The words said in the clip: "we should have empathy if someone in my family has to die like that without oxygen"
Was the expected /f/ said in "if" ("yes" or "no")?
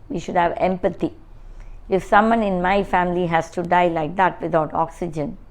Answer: yes